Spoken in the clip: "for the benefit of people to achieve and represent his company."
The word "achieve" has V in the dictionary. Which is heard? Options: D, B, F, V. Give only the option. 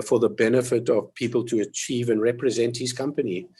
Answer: V